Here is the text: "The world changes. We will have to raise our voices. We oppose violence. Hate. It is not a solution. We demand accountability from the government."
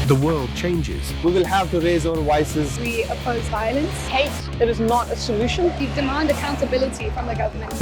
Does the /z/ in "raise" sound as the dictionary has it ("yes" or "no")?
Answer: yes